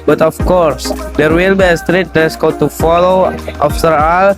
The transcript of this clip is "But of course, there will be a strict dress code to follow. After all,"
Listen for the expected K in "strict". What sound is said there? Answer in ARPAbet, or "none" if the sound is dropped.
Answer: none